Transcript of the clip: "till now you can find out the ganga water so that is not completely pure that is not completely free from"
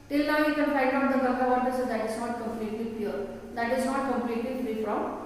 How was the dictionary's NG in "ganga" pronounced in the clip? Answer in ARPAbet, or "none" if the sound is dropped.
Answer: none